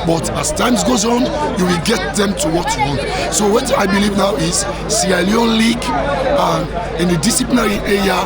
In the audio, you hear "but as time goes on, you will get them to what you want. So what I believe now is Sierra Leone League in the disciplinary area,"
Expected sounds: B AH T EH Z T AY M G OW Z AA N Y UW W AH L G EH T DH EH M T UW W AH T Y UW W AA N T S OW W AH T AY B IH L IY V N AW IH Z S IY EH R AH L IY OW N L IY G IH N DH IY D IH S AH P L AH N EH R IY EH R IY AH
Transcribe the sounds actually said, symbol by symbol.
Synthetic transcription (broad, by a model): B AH T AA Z T AY M G OW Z AA N Y UW W AH L G EH T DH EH M T UW W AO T Y UW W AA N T S OW W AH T AY B IH L IY V N AW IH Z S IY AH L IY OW N L IY G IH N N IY D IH S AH P L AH N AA R IY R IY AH